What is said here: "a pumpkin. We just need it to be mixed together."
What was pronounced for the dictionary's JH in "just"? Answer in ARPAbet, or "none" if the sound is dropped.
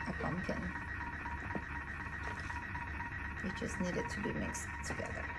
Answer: CH